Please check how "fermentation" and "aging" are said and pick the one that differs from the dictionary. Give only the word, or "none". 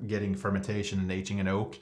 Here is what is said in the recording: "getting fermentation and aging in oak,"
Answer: aging